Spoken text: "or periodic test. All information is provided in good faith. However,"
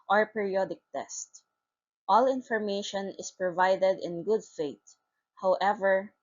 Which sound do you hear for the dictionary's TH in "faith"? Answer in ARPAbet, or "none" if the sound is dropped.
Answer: T